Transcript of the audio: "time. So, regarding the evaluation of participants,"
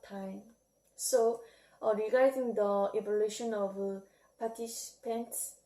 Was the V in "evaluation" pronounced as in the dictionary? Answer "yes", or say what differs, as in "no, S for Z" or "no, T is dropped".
no, B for V